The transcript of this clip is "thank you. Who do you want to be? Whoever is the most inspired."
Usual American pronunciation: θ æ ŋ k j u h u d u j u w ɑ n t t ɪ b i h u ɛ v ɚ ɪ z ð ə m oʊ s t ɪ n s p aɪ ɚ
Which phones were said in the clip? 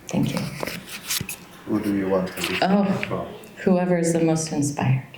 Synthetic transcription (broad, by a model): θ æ ŋ k j u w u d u j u w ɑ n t t ɪ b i h u ɛ v ɚ ɪ z ð ə m oʊ s t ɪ n s p aɪ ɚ